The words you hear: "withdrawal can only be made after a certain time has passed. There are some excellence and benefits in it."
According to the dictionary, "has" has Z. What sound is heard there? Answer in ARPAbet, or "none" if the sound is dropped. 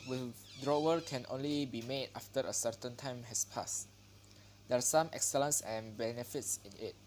S